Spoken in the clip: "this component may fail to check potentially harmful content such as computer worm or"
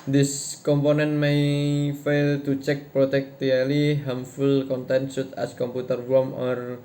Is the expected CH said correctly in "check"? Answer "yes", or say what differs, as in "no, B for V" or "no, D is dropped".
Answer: yes